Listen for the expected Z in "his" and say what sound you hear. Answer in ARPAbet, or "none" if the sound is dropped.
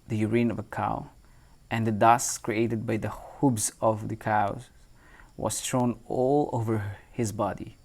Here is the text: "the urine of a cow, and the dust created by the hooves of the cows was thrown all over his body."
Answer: Z